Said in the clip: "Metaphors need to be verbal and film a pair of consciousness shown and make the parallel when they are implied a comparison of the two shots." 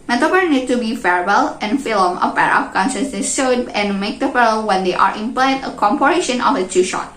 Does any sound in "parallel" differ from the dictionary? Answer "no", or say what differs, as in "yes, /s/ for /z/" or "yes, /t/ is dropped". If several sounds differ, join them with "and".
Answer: yes, /f/ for /p/